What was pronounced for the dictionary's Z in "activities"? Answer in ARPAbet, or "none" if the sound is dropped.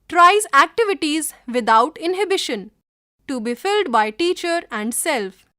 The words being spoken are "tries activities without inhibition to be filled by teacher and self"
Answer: Z